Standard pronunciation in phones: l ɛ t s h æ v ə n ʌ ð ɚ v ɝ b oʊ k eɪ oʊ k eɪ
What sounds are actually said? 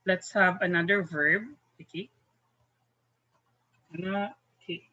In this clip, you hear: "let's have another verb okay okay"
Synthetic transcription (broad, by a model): l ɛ t s h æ v ə n ʌ ð ɚ v ɝ b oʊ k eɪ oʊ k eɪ